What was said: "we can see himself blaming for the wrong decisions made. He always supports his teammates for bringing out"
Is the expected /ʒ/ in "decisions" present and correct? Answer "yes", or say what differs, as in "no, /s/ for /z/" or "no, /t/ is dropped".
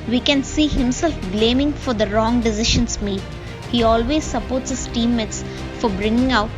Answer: no, /ʃ/ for /ʒ/